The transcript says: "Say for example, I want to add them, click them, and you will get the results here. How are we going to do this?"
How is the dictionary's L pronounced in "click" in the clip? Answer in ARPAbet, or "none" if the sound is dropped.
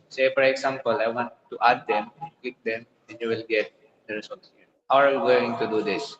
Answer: none